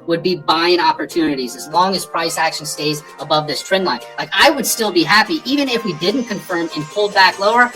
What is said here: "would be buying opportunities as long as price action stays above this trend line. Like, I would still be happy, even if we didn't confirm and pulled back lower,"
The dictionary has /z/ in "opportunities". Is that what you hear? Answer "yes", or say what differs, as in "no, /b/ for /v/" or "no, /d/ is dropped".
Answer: yes